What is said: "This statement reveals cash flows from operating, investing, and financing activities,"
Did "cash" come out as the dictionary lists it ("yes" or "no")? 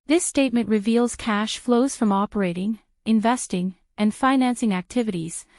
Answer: yes